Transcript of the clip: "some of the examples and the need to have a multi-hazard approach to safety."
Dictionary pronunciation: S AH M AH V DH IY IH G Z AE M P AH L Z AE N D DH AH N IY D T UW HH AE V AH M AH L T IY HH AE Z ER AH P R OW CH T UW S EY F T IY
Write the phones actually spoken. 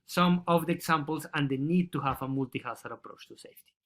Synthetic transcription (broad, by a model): S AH M AH V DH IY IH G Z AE M P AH L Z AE N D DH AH N IY D T UW HH AE V AH M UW L T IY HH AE S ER AH P R OW CH T UW S EY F T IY